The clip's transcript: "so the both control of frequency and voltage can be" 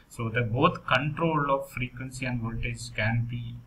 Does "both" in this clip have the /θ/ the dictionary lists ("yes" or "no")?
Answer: no